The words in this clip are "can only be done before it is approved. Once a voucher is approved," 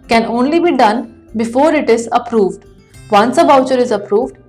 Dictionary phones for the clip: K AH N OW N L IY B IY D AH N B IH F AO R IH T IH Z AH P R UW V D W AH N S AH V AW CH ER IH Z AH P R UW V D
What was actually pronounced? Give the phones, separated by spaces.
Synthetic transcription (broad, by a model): K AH N OW N L IY B IY D AH N B IH F AO R IH T IH Z AH P R UW V D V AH N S AH B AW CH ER IH Z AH P R UW V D